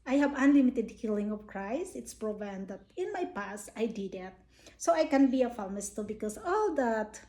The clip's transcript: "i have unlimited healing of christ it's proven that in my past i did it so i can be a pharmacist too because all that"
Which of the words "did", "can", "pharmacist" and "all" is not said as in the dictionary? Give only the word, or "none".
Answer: pharmacist